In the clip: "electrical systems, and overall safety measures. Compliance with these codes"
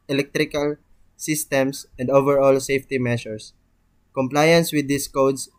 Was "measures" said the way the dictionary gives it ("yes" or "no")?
no